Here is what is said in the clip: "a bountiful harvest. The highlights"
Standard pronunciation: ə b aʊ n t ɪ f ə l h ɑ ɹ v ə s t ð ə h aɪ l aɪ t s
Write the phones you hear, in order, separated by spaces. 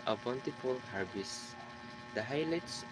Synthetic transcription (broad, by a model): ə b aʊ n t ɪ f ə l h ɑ ɹ b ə s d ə h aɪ l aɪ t s